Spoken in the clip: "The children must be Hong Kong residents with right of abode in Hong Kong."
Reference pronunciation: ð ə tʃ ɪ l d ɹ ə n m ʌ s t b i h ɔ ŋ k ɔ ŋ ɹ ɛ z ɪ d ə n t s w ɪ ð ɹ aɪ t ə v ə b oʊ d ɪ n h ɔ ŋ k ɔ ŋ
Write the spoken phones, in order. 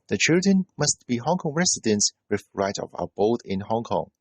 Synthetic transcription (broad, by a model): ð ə tʃ ɪ l d ɹ ə n m ʌ s t b i h ɔ ŋ k ɔ ŋ ɹ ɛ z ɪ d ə n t s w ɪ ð ɹ aɪ t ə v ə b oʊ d ɪ n h ɔ ŋ k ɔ ŋ